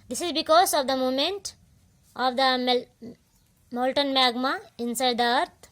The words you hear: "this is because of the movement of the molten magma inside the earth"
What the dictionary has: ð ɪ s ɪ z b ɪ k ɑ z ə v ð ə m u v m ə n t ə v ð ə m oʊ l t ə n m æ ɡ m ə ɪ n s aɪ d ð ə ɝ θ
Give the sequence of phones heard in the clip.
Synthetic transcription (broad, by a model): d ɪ s ɪ z b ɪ k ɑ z ə v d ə m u m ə n t ə v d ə m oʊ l t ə n m æ ɡ m ə ɪ n s aɪ d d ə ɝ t